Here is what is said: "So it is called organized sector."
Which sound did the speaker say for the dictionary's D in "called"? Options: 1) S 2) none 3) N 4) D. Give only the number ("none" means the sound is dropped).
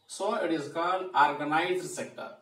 2